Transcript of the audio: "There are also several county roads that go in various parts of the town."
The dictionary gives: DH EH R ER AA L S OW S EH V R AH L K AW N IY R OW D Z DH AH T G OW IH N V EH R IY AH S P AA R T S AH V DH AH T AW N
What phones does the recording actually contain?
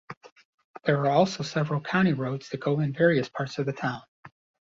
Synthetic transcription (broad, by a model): DH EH R ER AA L S OW S EH V R AH L K AW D IY R OW D Z DH AH T G OW IH N V EH R IY AH S P AA R T S AH V DH AH T AW N